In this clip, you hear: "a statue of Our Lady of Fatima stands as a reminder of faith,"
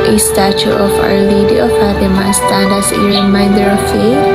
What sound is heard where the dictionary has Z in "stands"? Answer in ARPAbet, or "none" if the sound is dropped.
none